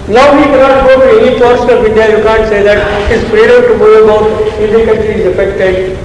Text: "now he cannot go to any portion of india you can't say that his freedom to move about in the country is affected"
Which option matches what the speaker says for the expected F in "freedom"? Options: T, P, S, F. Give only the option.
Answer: P